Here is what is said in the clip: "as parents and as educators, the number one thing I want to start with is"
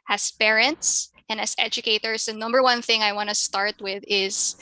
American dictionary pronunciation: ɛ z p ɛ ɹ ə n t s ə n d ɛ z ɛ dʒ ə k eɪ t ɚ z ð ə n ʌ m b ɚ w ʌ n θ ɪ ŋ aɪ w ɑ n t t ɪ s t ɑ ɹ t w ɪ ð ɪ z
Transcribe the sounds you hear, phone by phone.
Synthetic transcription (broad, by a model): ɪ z p ɛ ɹ ə n t s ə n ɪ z ɛ dʒ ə k eɪ t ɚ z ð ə n ʌ m b ɚ w ʌ n θ ɪ ŋ aɪ w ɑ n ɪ s t ɑ ɹ t w ɪ ð ɪ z